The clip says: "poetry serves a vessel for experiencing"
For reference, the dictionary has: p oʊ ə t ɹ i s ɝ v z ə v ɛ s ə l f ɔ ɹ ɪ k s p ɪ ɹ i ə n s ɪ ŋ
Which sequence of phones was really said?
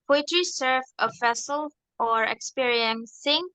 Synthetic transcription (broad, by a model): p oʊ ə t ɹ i s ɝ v ə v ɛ s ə l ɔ ɹ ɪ k s p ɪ ɹ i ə n s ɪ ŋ